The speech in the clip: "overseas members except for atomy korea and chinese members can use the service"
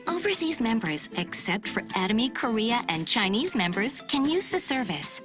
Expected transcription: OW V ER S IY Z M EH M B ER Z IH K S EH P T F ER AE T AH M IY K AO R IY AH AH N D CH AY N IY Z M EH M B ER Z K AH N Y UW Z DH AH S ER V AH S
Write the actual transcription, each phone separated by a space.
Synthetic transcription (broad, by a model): OW V ER S IY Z M EH M B ER Z IH K S EH P T F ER AE T AH M IY K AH R IY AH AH N CH AY N IY Z M EH M B ER Z K AH N Y UW Z DH AH S ER V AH S